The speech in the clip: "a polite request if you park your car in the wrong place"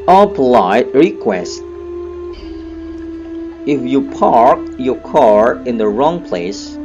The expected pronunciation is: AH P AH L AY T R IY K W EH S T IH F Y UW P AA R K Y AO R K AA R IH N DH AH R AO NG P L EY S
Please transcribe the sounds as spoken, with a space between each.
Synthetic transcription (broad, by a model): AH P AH L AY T R IY K W EH S T IH F Y UW P AA R K Y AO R K AA R IH N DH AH R AO NG P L EY S